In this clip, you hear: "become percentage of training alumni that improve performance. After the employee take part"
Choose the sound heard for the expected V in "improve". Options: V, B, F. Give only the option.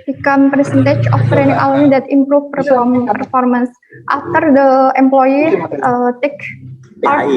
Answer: F